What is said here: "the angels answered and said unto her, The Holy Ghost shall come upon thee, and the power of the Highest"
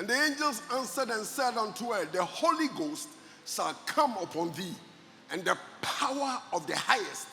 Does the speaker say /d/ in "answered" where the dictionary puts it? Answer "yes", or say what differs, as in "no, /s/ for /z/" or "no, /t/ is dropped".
yes